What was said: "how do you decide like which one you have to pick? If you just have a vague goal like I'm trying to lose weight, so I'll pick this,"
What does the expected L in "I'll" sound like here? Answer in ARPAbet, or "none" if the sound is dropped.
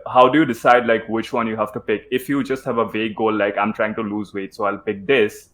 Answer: L